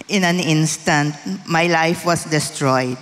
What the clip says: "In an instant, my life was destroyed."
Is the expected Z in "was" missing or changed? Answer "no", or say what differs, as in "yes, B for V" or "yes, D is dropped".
yes, S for Z